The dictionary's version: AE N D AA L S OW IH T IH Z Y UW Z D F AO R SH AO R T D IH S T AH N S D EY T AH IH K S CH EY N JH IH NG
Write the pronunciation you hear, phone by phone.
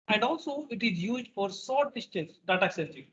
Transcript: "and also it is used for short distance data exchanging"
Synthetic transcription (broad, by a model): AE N D AA L S OW IH T IH Z Y UW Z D F AO R S AO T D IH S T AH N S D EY T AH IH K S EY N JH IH